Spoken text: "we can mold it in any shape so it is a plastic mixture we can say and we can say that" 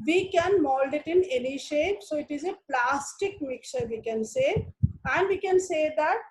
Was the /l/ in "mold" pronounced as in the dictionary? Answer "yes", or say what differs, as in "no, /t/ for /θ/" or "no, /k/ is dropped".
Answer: yes